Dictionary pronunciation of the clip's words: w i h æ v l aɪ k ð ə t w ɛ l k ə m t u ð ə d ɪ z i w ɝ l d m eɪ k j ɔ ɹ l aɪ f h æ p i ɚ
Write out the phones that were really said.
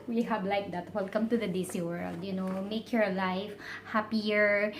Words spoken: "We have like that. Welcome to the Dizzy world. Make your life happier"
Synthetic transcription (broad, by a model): w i h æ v l aɪ k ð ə t w ɛ l k ə m t u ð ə d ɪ s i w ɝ l d m eɪ k j ɔ ɹ l aɪ f h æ p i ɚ